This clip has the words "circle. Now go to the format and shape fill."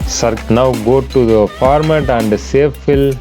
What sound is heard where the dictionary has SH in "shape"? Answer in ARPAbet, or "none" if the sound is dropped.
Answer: S